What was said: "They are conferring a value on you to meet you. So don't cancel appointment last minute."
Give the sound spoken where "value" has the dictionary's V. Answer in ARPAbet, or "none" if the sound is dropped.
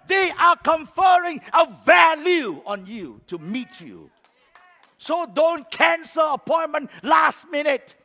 V